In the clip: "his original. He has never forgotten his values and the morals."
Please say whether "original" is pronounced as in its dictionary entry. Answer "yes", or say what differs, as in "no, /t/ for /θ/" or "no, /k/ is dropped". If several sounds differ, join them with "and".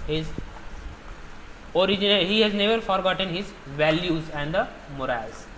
no, /n/ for /l/